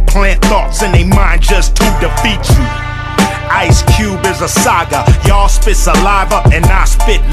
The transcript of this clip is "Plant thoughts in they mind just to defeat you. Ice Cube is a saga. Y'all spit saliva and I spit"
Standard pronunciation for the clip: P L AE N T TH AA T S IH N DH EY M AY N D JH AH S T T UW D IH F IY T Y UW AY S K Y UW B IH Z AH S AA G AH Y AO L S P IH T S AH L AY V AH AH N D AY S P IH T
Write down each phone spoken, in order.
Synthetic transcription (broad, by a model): P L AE N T TH AA T S IH N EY M AY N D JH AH S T T UW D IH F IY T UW AY S K Y UW B IH Z AH S AA G AH Y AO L S P IH T S AH L AY V AH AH N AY S P IH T